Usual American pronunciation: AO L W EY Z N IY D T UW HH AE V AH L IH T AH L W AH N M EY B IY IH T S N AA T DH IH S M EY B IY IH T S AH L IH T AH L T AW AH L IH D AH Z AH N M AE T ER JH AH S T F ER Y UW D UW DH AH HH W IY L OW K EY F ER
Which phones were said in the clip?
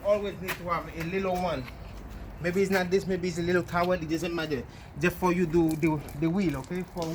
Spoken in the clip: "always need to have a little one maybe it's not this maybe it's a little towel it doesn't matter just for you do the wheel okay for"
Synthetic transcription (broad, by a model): AO L W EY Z N IY D T UW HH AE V AH L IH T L W AH N M EY B IY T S N AA T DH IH S M EY B IY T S AH L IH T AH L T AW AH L IH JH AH S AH M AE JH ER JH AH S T F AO Y UW D UW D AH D W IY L OW K EY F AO